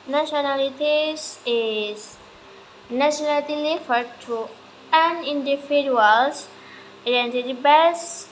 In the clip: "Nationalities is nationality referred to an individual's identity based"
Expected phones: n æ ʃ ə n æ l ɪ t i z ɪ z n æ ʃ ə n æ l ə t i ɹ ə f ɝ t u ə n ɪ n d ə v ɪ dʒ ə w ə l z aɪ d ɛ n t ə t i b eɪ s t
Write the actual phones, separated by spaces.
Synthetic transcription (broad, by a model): n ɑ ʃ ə n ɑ l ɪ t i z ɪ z n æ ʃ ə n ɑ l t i l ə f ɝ t u ə n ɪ n d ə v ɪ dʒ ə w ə l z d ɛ n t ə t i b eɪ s